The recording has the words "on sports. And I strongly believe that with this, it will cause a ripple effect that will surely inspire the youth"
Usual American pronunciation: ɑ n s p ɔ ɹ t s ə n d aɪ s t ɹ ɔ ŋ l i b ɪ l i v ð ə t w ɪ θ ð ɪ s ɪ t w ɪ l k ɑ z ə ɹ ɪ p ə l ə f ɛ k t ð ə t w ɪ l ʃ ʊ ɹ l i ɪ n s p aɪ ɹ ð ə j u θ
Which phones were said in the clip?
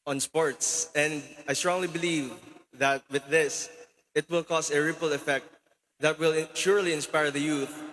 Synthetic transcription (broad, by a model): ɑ n s p ɔ ɹ t s ə n d aɪ s t ɹ ɔ ŋ l i b ɪ l i v ð ə t w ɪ ð ɪ s ɪ t w ɪ l k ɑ s ə ɹ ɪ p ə l ə f ɛ k t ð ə t w ɪ l ʃ ʊ ɹ l i ɪ n s p aɪ ɹ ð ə j u θ